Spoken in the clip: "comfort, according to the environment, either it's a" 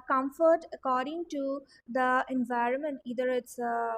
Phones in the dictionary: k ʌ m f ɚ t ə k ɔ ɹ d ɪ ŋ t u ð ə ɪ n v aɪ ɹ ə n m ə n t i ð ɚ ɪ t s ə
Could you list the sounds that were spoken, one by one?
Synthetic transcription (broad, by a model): k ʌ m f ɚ t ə k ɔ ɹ d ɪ ŋ t u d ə ɪ n v aɪ ɹ ə n m ə n t i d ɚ ɪ t s